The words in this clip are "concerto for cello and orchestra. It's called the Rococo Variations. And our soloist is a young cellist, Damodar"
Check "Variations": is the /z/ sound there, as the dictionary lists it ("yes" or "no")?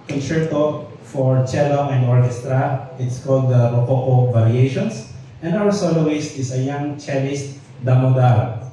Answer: no